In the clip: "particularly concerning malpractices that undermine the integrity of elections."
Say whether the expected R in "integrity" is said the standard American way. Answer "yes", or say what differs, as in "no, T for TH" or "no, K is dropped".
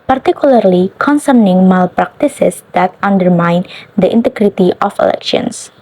yes